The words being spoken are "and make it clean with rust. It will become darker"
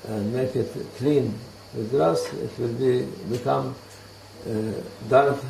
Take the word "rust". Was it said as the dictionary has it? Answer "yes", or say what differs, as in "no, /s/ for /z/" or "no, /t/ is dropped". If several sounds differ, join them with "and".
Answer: no, /t/ is dropped